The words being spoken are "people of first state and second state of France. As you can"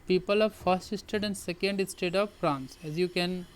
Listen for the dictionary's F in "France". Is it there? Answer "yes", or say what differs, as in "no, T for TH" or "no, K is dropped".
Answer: no, P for F